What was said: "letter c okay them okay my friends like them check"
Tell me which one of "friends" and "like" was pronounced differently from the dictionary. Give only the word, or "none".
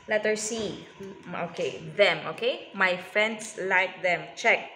friends